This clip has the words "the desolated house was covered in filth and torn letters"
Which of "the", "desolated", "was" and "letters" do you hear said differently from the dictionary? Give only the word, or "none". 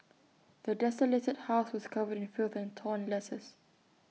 letters